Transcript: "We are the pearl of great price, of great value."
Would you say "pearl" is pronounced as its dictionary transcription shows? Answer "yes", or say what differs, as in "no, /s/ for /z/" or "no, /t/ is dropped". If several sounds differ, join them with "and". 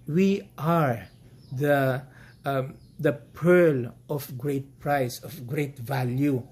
yes